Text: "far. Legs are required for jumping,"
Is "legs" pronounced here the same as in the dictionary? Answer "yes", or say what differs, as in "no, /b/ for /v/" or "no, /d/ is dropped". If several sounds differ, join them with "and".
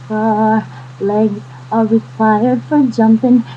no, /z/ is dropped